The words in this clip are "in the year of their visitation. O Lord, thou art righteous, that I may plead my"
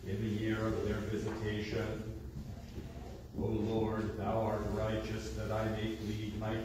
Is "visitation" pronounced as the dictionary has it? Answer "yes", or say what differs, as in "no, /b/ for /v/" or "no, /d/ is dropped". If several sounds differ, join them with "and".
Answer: yes